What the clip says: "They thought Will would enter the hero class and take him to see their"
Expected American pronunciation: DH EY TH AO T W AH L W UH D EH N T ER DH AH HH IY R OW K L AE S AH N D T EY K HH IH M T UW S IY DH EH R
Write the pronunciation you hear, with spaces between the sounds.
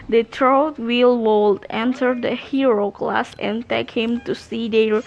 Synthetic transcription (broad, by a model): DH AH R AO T W AH L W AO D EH N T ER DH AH HH IY R OW K L AE S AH N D T EY K HH IH M T UW S IY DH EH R